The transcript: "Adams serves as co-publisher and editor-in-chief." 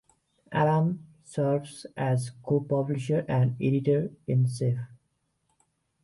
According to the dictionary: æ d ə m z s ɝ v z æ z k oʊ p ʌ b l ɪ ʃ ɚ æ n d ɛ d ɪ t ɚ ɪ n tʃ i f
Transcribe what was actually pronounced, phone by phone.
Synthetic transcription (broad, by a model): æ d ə m s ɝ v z æ z k oʊ p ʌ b l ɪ ʃ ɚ æ n d ɛ d ɪ t ɚ ɪ n s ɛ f